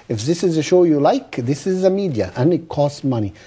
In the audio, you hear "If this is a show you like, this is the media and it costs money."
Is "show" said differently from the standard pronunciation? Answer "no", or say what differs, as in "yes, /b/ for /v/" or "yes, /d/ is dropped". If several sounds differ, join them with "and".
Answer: no